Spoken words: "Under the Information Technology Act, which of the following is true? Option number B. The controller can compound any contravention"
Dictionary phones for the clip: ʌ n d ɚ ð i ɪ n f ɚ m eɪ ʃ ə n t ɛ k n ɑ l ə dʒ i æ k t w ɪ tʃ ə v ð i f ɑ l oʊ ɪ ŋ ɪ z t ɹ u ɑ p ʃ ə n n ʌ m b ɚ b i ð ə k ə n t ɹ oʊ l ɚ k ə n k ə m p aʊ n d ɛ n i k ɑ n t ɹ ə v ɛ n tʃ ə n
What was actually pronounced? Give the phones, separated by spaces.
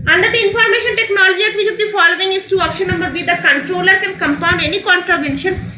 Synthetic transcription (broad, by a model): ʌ n d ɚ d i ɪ n f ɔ m eɪ ʃ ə n t ɛ k n ɑ l ə dʒ i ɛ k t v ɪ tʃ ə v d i f ɑ l oʊ ɪ ŋ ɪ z t u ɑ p ʃ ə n n ʌ m b ɚ b i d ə k ə n t ɹ oʊ l ɚ k ə n k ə m p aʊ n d ɛ n i k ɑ n t ɹ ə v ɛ n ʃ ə n